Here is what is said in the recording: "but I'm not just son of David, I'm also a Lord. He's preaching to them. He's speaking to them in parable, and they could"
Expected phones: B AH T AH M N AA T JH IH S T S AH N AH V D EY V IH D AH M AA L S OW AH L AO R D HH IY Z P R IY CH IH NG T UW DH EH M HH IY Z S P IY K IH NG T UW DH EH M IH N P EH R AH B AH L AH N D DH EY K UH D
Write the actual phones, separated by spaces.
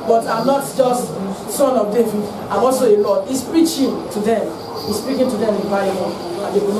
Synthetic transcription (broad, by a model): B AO T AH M N AA T JH IH S T S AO N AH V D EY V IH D AH M AA L S OW AH L AO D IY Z P R IY CH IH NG T UW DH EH M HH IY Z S P IY K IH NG T UW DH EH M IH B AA AH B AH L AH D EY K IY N